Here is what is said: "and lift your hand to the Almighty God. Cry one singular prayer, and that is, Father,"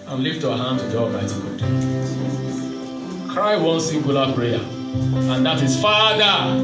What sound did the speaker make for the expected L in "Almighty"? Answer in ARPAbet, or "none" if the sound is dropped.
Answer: none